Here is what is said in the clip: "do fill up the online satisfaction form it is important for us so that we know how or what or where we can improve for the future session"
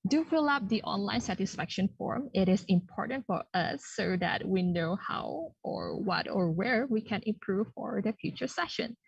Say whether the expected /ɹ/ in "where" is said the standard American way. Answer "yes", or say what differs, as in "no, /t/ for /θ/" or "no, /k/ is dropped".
yes